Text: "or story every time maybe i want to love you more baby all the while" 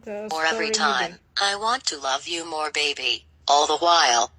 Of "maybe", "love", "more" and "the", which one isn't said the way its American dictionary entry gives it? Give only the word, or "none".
maybe